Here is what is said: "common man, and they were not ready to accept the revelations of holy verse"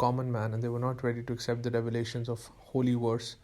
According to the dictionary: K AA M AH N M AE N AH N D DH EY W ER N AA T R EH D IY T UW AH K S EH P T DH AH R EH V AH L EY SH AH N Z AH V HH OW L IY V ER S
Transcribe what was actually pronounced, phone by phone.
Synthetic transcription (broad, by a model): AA M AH N M AE N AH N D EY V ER N AA T R EH D IY T UW AH K S EH P T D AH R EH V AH L EY SH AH N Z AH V HH OW L IY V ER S